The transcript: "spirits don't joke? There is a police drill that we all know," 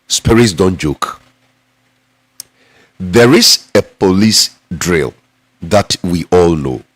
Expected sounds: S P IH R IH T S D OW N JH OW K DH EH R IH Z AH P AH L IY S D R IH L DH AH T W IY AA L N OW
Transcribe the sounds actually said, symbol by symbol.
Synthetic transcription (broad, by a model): S P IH R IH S D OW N JH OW K DH EH R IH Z AH P AH L IY S D R IH L DH AH T W IY AA L N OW